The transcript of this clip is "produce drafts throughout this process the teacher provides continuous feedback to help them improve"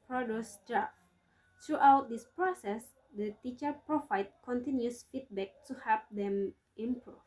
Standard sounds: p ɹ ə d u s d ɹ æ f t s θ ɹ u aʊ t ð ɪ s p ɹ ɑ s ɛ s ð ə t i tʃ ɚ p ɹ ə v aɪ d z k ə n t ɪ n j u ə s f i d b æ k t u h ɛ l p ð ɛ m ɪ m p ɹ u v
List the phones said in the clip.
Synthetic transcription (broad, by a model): p ɹ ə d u s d ɹ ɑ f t ɹ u aʊ t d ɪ s p ɹ ɑ s ɛ s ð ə t i tʃ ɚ p ɹ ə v aɪ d k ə n t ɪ n j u s f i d b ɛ k t u h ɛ p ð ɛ m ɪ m p ɹ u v